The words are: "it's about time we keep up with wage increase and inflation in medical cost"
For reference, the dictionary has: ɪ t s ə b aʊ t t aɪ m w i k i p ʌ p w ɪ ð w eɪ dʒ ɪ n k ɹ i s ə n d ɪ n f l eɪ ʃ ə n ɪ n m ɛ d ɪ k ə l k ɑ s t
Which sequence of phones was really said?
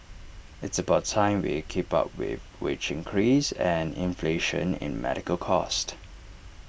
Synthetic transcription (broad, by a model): ɪ t s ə b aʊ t t aɪ m w i k i p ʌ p w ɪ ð w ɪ tʃ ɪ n k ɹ i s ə n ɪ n f l eɪ ʃ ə n ɪ n m ɛ d ɪ k ə l k ɑ s t